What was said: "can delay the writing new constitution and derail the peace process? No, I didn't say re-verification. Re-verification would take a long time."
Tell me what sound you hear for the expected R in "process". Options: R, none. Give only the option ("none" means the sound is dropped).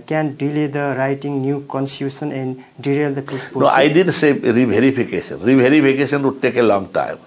none